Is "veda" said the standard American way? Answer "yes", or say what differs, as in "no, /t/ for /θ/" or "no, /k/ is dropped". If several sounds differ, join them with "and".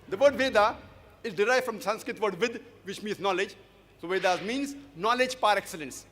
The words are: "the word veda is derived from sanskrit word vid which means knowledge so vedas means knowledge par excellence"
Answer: yes